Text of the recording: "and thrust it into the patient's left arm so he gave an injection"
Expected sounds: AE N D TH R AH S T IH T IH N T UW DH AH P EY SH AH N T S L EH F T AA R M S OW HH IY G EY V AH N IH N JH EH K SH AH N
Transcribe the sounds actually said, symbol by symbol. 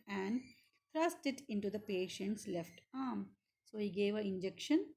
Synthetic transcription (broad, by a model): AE N D T R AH S T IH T IH N T UW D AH P EY SH AH N T S L EH F T AA R M S OW HH IY G EY V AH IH N JH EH K SH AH N